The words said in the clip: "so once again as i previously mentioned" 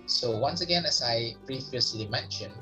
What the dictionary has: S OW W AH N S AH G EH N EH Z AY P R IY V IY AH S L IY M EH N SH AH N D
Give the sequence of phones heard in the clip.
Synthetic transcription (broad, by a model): S OW W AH N S AH G EH N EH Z AY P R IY IY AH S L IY M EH N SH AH N